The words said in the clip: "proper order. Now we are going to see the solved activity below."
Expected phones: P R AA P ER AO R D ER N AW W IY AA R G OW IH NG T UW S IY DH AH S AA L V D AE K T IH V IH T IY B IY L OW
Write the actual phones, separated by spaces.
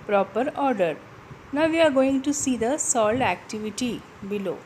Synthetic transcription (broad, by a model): P R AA P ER AO R D ER N AW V IY AA R G OW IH NG T UW S IY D AH S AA L D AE K T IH V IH T IY B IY L OW